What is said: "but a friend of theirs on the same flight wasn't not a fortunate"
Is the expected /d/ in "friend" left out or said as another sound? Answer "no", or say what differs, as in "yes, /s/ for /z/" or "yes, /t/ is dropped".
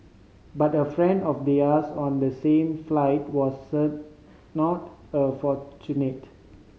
no